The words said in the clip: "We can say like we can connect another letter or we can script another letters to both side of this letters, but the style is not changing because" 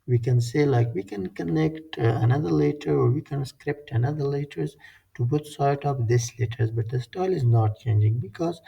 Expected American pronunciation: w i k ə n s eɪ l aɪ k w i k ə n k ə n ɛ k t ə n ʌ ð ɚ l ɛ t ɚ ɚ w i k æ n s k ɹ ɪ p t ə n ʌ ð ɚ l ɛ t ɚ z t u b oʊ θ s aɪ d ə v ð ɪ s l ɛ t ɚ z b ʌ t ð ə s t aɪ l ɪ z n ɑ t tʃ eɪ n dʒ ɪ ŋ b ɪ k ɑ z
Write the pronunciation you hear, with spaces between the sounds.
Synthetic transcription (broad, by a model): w i k ə n s eɪ l aɪ k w i k ə n k ə n ɛ k t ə n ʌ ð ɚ l ɛ t ɚ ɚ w i k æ n s k ɹ ɪ p t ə n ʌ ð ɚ l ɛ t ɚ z t u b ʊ t s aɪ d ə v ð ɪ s l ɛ t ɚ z b ʌ t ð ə s t aɪ l ɪ z n ɑ t tʃ eɪ n dʒ ɪ ŋ b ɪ k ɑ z